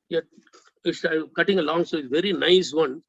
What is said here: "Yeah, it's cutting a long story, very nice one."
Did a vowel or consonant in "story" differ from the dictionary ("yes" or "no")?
yes